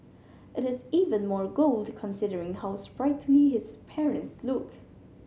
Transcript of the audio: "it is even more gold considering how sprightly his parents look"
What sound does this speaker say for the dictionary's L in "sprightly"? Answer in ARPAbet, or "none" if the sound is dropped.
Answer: N